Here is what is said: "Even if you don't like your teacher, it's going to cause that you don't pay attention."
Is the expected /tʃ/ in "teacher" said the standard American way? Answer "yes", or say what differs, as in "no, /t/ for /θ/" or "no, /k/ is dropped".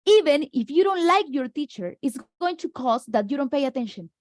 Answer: yes